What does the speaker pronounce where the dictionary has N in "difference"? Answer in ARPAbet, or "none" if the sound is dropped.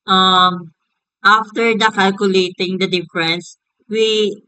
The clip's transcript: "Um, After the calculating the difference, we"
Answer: N